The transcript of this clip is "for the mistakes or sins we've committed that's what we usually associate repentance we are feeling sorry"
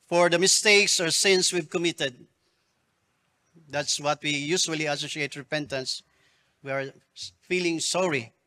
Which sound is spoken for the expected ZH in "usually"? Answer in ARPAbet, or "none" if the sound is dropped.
S